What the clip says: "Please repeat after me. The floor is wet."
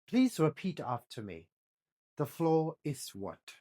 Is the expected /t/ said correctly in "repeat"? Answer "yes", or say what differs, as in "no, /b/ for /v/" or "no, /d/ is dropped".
yes